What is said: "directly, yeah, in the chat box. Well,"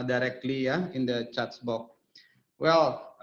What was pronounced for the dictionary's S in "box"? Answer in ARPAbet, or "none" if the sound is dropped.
none